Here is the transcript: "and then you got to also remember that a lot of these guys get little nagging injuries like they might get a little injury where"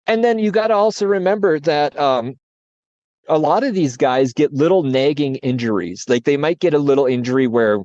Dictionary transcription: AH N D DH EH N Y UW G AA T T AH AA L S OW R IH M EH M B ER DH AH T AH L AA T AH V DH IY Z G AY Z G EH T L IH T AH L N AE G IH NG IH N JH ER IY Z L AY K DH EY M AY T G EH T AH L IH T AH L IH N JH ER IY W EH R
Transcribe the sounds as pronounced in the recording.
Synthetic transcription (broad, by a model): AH N DH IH N Y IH G AA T T AH AA L S OW R IH M EH M B ER DH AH T AH L AA T AH V DH IY Z G AY Z G EH T L IH T L N AE G IH NG IH N JH ER IY Z L AY K DH EY M AY T G EH T AH L IH T L IH N JH ER IY W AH R